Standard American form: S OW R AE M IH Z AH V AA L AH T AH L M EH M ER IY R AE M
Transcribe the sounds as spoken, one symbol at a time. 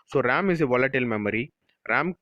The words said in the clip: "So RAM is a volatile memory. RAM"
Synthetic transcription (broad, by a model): S OW R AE M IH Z AH V AA L AH T AH L M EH M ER IY R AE M